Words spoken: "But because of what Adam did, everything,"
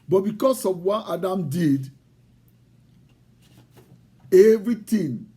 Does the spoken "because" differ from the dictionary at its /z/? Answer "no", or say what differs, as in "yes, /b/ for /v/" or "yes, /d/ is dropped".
yes, /s/ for /z/